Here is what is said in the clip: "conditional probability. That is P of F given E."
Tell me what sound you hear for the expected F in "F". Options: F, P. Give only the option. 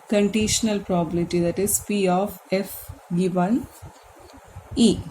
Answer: F